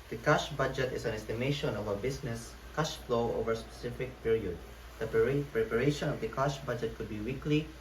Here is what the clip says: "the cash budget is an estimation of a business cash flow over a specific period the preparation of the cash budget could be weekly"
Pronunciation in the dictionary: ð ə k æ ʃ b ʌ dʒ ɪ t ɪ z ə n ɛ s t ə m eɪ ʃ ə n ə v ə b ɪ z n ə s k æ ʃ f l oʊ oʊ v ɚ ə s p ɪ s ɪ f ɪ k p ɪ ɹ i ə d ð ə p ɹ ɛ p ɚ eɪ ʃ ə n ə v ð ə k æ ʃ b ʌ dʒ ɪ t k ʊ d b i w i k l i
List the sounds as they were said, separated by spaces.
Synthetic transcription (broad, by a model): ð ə k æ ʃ b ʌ dʒ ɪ t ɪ s ə n ɛ s t ə m eɪ ʃ ə n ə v ə b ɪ s n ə s k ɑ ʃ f l oʊ oʊ v ɚ s p ɪ s ɪ f ɪ k p ɪ ɹ i ə d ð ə p ɹ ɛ p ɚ eɪ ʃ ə n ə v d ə k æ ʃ b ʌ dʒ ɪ t k ʊ d b i w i k l i